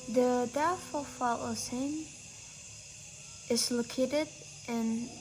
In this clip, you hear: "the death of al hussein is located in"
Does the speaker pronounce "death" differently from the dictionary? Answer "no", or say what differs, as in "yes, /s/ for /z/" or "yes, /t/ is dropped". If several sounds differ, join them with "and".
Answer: yes, /f/ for /θ/